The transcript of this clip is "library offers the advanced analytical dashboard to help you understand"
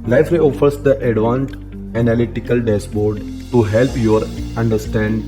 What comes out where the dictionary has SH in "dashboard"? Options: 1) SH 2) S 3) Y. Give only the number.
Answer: 2